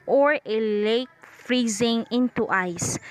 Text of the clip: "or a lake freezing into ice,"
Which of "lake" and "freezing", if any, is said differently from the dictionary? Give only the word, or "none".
none